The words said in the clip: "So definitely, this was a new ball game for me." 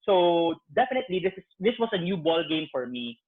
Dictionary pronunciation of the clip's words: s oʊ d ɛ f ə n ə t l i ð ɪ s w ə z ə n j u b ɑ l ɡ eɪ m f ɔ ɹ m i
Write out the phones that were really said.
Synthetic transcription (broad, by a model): s oʊ d ɛ f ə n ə t l i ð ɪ s w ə s ə n j u b ɑ l ɡ eɪ m f ɔ ɹ m i